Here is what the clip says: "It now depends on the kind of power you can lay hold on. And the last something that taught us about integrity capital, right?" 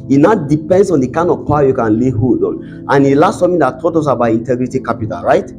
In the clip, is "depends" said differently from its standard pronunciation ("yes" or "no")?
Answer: yes